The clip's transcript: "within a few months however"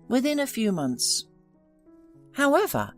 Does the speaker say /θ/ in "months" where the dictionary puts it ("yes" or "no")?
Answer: yes